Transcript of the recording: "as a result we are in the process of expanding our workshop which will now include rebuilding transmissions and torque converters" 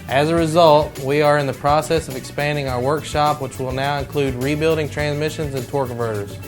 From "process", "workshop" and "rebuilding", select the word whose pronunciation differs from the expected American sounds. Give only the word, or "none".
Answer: none